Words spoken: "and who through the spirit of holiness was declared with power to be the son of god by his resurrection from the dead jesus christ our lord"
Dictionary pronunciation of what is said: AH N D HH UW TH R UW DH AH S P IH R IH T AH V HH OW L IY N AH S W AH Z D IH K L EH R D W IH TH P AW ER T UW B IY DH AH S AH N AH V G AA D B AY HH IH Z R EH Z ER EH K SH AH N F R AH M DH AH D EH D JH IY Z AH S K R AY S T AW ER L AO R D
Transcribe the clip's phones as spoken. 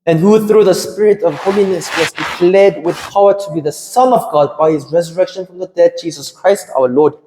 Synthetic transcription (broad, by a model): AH N HH UW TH R UW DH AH S P IH R IH T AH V HH OW L IY N AH S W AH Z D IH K L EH D W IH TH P AW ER T UW B IY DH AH S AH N AH V G AA D B AY HH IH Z R EH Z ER EH K SH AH N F R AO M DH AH D EH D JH IY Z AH S K R AY S T AW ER L AO D